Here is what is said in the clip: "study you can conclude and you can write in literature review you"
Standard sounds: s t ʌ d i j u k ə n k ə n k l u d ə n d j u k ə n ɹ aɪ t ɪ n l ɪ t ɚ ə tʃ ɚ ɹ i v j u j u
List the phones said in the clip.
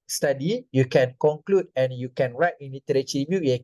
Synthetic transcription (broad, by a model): s t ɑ d i j u k ə n k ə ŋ k l u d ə n j u k ə n ɹ aɪ t ɪ n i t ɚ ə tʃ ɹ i b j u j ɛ